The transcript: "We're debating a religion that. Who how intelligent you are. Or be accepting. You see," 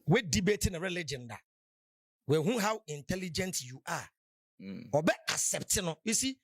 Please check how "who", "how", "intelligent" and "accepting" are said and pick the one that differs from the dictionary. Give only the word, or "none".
accepting